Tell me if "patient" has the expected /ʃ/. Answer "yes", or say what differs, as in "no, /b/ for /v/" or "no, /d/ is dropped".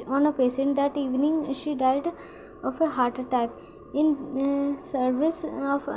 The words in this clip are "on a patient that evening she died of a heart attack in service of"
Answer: no, /s/ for /ʃ/